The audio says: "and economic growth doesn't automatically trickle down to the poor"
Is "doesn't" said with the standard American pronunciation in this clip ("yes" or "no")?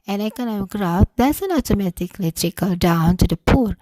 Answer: no